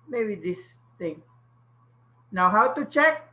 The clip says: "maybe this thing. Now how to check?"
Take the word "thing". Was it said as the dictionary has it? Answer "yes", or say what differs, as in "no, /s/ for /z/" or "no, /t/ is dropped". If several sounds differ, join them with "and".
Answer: no, /t/ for /θ/